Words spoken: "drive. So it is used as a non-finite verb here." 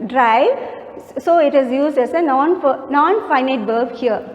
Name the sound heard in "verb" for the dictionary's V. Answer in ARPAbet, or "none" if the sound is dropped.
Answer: B